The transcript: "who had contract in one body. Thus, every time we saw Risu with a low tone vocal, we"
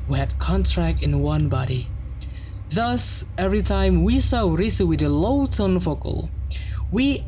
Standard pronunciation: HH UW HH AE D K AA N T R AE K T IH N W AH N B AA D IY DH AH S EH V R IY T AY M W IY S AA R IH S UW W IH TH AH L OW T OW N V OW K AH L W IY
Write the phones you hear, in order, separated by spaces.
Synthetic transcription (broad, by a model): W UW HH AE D K AA N T R AE K T IH N W AH N B AA D IY DH AH S EH V R IY T AY M W IY S AA R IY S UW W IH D AH L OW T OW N F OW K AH L W IY